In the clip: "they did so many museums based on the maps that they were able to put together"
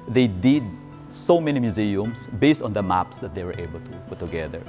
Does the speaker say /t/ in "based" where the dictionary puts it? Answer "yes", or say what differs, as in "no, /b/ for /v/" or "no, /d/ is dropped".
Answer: yes